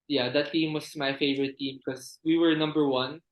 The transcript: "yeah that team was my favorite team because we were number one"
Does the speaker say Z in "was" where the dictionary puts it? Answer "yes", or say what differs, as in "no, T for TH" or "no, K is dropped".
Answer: no, S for Z